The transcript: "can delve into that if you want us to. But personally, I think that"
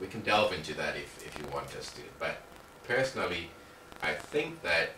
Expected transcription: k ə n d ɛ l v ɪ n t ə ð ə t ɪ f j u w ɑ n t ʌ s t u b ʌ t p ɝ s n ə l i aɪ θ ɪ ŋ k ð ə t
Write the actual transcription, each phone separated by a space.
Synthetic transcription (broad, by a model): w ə n d ɛ l v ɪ n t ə ð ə t ɪ f j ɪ w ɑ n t ʌ s t u b ʌ t p ɝ s n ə l i aɪ θ ɪ ŋ k ð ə t